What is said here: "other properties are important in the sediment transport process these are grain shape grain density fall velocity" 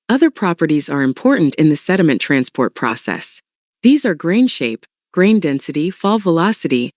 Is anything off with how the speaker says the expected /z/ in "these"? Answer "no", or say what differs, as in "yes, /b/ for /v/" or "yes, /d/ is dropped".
no